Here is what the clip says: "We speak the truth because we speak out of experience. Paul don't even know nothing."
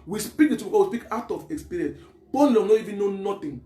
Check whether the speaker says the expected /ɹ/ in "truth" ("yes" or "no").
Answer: no